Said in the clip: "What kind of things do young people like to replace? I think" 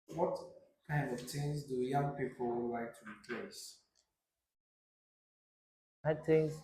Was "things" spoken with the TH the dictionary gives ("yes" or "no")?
no